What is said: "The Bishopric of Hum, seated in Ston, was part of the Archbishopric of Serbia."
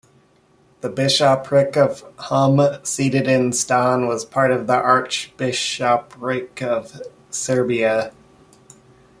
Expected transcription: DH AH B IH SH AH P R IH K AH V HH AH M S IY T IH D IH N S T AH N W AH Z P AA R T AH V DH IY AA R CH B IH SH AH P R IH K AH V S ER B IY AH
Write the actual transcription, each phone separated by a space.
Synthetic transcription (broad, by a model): DH AH B IH SH AH P R IH K AH V HH AH M S IY T IH D IH N S T AH N W AH Z P AA R T AH V DH IY AA R CH B IH SH AH P R IH K AH V S ER B IY AH